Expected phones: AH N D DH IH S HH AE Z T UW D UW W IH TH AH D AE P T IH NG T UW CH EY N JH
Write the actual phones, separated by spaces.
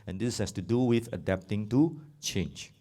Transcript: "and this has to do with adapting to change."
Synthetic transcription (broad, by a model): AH N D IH S HH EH S T UW D UW W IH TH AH D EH P T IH NG T UW CH EY N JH